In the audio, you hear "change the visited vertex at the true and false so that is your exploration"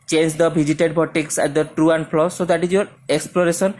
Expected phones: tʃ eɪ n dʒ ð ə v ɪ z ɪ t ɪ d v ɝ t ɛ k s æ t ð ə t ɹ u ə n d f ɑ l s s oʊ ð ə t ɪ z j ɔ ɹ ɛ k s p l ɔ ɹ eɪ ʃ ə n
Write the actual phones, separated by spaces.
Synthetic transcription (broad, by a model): tʃ eɪ n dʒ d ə b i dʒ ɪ t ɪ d b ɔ t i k s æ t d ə t ɹ u ə n d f l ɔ s oʊ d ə t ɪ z j ɔ ɹ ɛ k s p l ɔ ɹ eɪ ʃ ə n